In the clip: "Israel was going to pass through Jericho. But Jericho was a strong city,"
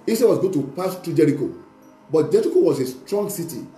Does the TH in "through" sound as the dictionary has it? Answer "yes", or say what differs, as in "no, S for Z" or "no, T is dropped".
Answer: no, T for TH